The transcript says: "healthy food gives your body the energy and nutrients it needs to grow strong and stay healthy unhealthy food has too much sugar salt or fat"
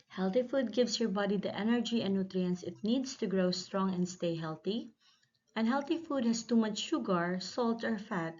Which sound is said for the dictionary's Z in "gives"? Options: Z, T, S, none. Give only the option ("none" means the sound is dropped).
S